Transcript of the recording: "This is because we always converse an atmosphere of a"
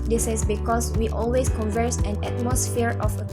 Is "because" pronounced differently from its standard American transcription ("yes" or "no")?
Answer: yes